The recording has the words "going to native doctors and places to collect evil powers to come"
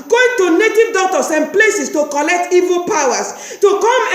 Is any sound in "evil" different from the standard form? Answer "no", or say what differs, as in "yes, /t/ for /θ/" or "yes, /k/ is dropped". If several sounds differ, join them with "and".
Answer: no